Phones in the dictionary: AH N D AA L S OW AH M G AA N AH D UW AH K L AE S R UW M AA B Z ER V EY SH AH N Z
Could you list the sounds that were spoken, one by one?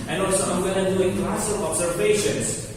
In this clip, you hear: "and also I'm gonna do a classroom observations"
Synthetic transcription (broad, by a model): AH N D AA L S OW AH M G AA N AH D UW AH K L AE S IH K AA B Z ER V EY SH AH N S